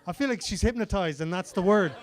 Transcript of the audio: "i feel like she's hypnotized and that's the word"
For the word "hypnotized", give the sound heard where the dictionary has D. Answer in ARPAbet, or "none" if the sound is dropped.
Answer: D